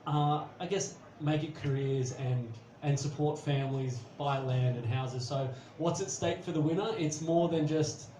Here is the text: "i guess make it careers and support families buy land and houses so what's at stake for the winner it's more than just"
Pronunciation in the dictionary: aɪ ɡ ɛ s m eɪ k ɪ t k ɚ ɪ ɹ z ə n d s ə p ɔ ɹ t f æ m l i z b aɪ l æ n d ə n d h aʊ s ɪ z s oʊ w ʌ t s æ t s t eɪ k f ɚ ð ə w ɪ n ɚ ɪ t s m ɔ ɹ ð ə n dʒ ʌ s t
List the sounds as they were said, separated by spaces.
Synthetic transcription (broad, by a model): aɪ ɡ ɛ s m eɪ k ɪ t k ɚ ɪ ɹ z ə n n s ə p ɔ ɹ t f æ m l i z b aɪ l æ n d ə n h aʊ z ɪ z s oʊ w ʌ t s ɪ t s t eɪ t f ɚ ð ə w ɪ n ɚ ɪ t s m ɔ ɹ ð ə n dʒ ʌ s t